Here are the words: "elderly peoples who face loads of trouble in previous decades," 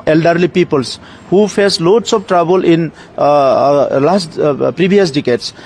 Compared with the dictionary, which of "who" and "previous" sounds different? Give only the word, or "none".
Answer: previous